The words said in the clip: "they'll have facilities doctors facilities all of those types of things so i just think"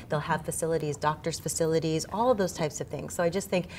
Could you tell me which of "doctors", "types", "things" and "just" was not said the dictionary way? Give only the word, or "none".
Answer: none